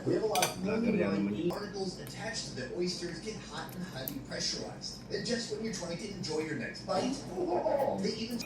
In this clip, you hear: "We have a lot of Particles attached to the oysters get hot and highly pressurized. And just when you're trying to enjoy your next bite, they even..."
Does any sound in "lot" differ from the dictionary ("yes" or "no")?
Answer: yes